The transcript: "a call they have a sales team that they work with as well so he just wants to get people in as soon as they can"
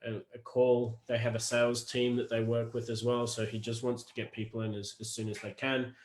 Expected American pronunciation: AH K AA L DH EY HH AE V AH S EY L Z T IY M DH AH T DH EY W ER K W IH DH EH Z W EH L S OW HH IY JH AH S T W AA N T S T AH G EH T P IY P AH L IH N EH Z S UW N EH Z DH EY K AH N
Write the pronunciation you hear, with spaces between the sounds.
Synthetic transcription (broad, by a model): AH K AA L DH EY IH V AH S EY L Z T IY M DH AH T DH EY W ER K W IH DH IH Z W EH L S OW IY JH AH S T W AA N T S T AH G EH T P IY P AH N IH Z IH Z S UW N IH Z DH EY K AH N